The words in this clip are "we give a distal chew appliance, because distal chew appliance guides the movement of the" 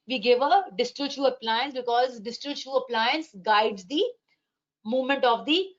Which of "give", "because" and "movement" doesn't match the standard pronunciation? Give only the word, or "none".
none